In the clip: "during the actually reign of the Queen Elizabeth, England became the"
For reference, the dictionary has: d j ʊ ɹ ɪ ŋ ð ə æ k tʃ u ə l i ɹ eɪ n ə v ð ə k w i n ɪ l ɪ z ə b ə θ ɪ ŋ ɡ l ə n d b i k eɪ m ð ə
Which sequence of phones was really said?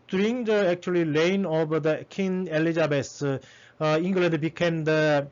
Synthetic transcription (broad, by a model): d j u ɹ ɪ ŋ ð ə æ k tʃ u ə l i l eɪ n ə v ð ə k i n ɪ l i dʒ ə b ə s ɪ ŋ ɡ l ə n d b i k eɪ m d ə